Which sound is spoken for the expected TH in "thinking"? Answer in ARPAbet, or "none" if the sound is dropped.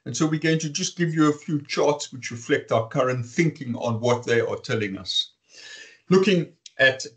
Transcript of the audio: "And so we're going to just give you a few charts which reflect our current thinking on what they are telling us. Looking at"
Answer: TH